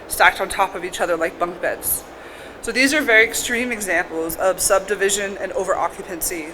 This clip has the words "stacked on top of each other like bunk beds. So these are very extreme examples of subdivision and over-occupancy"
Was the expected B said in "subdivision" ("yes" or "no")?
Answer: yes